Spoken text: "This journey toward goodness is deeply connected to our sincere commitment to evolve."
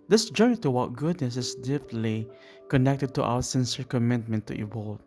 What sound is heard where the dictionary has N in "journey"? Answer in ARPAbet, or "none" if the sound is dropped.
none